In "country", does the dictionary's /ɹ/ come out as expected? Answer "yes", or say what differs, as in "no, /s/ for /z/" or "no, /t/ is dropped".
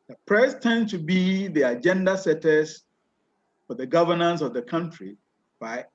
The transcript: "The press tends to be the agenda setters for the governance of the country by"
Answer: yes